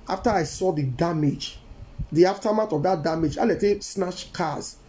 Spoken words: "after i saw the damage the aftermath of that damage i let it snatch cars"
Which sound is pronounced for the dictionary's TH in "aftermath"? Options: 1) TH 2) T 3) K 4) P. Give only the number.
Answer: 2